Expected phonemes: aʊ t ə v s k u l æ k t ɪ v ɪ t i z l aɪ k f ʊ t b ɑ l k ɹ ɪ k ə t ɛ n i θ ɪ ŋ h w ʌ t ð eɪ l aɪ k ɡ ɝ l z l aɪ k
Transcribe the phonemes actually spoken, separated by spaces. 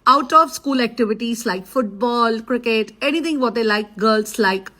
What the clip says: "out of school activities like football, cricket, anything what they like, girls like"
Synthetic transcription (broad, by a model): aʊ t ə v s k u l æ k t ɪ v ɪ t i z l aɪ k f ʊ t b ɑ l k ɹ ɪ k ə t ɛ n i t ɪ ŋ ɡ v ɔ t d eɪ l aɪ k ɡ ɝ l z l aɪ k